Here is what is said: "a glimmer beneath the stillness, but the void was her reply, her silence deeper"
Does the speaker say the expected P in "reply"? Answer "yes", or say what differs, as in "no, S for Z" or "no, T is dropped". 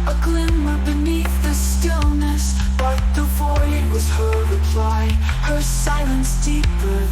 yes